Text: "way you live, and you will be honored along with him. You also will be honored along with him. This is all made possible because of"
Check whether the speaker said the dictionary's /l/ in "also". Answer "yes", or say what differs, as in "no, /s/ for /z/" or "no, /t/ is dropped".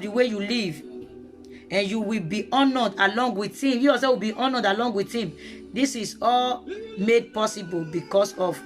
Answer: no, /l/ is dropped